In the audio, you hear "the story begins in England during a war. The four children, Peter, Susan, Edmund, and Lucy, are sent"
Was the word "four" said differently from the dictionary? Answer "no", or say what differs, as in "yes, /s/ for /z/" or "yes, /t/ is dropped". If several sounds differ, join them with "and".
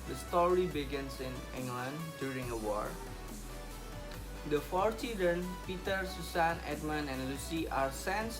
no